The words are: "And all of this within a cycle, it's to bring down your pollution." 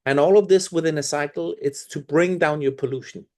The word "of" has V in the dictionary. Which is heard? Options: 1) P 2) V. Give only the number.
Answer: 2